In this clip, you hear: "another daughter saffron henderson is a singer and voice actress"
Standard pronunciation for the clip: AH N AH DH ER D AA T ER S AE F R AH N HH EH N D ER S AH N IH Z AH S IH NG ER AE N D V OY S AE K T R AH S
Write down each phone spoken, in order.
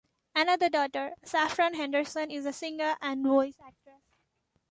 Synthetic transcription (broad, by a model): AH N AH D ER D AA T ER S AE F R AH N HH EH N D ER S AH N IH Z AH S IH NG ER AE N D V OY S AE K T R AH